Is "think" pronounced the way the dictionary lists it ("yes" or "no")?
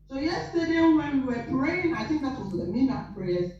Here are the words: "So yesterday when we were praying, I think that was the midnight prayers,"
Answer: yes